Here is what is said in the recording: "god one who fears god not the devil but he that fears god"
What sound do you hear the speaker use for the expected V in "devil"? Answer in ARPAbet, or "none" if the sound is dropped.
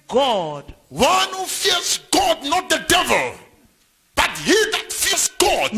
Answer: V